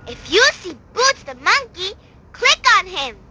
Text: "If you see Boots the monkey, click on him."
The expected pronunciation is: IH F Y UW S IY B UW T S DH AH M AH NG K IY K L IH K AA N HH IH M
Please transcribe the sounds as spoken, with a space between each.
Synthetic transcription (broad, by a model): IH F Y UW S IY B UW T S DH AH M AH NG K IY K L IH K AA N HH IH M